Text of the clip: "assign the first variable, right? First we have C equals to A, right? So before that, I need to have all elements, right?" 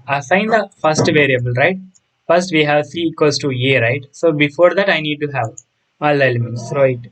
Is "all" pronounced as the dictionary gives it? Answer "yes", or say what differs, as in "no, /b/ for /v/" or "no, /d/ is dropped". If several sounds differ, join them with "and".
yes